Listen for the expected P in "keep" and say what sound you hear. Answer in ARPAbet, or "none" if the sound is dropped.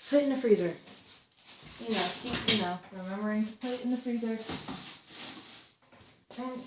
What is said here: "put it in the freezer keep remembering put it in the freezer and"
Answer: F